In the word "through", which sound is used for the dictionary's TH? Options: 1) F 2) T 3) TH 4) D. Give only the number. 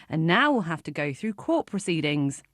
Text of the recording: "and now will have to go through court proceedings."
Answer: 3